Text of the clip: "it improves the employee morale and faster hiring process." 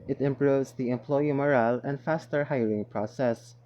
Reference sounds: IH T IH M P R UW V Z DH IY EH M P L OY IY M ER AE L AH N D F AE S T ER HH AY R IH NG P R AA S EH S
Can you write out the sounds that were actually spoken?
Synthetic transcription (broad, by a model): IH T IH M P R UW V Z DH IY EH M P L OY IY M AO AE L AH N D F AE S T ER HH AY L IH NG P R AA S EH S